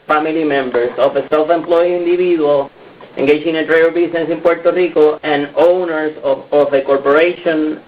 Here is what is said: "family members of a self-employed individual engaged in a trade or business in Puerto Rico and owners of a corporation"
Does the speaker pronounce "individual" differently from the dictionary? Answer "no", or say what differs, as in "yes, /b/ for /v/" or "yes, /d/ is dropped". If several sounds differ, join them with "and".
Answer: yes, /b/ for /v/